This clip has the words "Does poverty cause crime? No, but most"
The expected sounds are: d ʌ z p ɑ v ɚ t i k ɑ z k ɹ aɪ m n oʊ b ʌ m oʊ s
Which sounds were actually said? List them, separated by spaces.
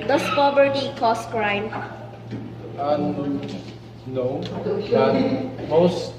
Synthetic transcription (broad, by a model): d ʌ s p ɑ b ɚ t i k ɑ s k ɹ aɪ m n oʊ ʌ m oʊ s